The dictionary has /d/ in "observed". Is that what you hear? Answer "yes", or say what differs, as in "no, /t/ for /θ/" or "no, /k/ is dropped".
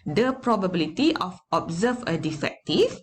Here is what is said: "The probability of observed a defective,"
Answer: no, /d/ is dropped